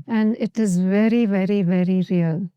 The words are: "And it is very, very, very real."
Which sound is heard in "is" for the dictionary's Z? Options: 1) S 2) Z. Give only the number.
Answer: 2